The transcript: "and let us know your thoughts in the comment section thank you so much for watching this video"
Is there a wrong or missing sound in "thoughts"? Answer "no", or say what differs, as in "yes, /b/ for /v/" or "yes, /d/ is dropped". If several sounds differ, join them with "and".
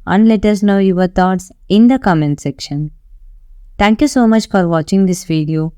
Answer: yes, /t/ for /θ/